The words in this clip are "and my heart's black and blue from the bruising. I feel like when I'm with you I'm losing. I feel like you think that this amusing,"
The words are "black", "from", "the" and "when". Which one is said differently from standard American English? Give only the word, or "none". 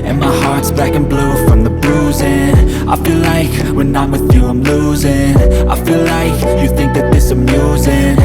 black